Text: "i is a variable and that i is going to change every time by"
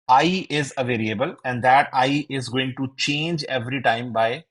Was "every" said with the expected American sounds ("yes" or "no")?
yes